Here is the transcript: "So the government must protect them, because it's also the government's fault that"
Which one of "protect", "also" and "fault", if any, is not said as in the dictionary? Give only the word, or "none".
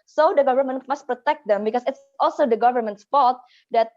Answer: fault